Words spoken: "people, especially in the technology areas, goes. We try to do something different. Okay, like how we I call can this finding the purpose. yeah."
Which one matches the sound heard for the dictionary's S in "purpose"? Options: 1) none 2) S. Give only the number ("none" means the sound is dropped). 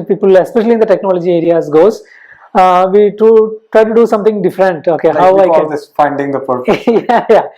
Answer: 1